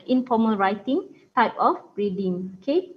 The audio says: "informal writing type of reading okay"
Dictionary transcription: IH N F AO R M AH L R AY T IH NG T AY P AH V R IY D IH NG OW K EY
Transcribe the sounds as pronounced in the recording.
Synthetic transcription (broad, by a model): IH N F AO M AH L R AY T IH NG T AY P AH B R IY D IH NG OW K EY